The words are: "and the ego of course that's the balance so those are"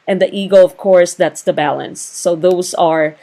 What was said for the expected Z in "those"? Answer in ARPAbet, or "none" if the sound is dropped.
Z